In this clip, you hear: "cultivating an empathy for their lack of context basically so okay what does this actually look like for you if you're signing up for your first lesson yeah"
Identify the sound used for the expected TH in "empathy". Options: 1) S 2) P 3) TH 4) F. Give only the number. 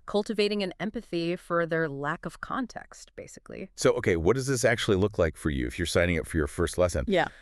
3